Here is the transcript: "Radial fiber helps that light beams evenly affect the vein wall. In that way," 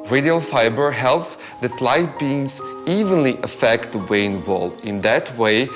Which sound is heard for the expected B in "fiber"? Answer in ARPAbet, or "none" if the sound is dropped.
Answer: B